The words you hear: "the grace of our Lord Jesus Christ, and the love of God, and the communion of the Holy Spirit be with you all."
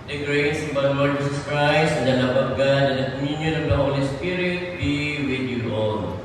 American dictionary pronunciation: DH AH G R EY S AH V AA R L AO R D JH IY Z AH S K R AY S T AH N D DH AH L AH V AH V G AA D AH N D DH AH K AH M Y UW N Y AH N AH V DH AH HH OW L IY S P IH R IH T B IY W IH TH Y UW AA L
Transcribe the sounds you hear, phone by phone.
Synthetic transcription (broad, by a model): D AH G R EY S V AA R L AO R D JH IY S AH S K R AY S AH N D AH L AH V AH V G AA D AH N D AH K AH M Y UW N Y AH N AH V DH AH HH OW L IY S P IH R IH T B IY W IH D Y UW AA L